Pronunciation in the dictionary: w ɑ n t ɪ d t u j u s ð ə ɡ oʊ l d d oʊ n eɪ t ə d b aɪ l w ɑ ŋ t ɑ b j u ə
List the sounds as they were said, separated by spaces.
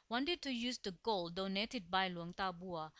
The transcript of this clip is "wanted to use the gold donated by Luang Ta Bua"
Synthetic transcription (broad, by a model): w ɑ n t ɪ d t u j u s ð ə ɡ oʊ l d d oʊ n eɪ t ə d b aɪ l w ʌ ŋ t ɑ b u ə